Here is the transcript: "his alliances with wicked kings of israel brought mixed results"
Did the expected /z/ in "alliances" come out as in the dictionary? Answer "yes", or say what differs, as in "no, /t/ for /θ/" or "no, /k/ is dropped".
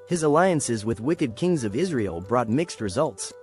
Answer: yes